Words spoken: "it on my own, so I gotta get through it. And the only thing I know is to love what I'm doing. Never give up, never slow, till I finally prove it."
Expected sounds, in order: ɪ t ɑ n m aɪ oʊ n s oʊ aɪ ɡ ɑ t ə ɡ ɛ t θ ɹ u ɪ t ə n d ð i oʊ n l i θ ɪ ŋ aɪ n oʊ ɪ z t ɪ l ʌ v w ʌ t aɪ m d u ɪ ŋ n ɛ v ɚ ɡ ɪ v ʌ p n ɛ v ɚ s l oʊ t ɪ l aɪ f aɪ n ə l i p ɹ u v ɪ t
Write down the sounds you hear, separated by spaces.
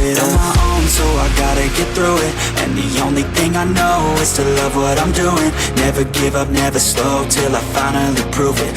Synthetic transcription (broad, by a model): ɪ t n m aɪ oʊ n s oʊ aɪ ɡ ɑ t ə ɡ ɛ t θ ɹ u ɪ t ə n ð i oʊ n l i θ ɪ ŋ aɪ n oʊ ɪ z t ɪ l ʌ v w ʌ t aɪ m d u ɪ ŋ n ɛ v ɚ ɡ ɪ v ʌ p n ɛ v ɚ s l oʊ t ɪ l aɪ f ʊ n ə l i p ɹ u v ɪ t